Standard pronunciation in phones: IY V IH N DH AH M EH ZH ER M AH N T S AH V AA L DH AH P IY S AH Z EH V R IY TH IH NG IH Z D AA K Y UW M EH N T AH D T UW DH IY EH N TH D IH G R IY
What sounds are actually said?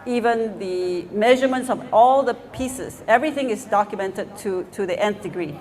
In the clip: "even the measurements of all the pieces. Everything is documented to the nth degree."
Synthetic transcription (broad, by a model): IY V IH N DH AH M EH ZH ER M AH N T S AH V AA L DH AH P IY S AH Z EH V R IY TH IH NG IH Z D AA K Y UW M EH N T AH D T UW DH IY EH N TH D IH G R IY